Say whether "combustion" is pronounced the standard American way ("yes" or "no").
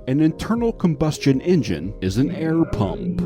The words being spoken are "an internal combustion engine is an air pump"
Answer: yes